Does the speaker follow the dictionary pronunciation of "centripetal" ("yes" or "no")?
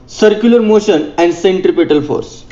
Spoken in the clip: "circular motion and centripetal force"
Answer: yes